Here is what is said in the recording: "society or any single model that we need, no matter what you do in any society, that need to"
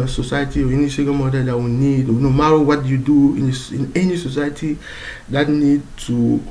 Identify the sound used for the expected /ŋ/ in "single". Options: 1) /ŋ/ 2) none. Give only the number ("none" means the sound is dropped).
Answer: 2